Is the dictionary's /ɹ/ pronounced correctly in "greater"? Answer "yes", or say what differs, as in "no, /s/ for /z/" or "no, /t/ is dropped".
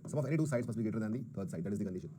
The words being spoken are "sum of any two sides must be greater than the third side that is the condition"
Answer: no, /ɹ/ is dropped